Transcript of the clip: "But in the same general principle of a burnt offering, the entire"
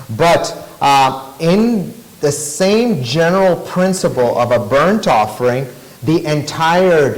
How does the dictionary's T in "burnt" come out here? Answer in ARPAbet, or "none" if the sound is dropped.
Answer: T